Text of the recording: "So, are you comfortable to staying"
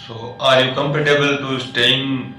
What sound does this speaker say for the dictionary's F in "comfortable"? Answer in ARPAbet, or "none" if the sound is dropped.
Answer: P